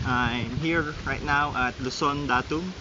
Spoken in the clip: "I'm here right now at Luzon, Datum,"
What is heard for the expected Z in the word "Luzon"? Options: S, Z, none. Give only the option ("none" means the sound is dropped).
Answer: S